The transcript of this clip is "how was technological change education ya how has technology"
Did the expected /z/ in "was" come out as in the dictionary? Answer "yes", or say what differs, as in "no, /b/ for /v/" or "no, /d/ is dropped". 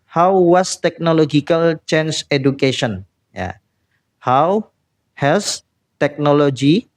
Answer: no, /s/ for /z/